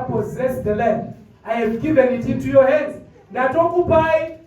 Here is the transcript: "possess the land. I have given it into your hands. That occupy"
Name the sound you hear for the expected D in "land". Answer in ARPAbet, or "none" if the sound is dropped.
none